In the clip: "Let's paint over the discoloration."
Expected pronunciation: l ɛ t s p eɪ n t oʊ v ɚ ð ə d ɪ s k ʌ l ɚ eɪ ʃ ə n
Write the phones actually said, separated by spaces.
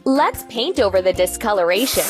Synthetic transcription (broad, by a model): l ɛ t s p eɪ n t oʊ v ɚ ð ə d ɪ s k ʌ l ɚ eɪ ʃ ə n